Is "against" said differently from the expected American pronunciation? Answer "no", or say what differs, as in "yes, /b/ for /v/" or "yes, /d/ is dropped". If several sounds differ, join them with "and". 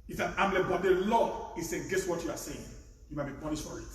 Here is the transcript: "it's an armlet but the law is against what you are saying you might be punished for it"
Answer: yes, /n/ is dropped